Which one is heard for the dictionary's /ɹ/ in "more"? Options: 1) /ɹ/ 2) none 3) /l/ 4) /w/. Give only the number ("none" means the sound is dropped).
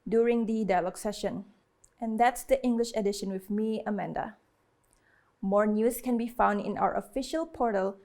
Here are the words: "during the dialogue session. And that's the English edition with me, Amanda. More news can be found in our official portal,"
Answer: 1